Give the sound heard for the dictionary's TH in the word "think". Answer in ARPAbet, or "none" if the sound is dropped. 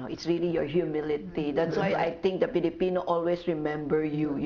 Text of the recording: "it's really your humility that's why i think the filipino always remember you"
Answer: T